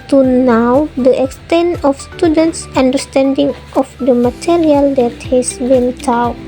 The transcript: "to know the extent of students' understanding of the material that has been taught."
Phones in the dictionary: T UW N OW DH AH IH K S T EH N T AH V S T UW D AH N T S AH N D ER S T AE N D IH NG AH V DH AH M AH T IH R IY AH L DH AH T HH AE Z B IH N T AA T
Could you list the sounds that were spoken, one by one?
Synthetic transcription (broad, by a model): T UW N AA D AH IH K S T EH N T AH F S T UW D AH N T S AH N D ER S T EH N D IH NG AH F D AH M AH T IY R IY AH L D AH T HH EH S B IH N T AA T